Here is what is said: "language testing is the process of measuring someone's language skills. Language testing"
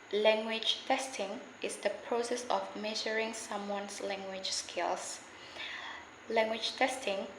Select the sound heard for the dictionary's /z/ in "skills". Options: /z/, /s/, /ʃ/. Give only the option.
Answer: /s/